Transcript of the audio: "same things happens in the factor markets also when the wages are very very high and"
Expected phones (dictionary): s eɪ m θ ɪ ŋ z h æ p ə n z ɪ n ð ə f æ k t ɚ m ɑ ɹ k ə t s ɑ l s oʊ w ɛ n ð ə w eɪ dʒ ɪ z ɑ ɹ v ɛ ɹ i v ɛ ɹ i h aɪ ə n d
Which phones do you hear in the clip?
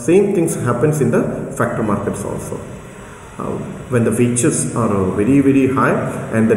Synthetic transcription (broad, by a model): s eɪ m t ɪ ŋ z h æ p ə n s ɪ n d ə f æ k t ɚ m ɑ ɹ k ə t s ɑ l s oʊ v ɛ n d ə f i tʃ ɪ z ɑ ɹ v ɛ ɹ i v ɛ ɹ i h aɪ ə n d